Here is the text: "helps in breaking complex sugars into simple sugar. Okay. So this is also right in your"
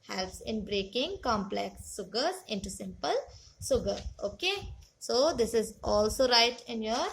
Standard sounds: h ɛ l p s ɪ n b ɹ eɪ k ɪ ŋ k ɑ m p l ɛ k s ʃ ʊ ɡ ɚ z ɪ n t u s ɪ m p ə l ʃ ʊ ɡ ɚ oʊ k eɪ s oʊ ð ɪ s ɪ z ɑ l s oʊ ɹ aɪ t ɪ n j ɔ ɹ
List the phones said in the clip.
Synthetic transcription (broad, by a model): h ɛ l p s ɪ n b ɹ eɪ k ɪ ŋ k ɑ m p l ɛ k s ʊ ɡ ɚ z ɪ n t u s ɪ m p ə l s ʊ ɡ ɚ oʊ k eɪ s oʊ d ɪ s ɪ z ɑ l s oʊ ɹ aɪ t ɪ n j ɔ ɹ